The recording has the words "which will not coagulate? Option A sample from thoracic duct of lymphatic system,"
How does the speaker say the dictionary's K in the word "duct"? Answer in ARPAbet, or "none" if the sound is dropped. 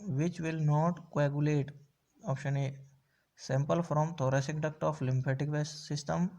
K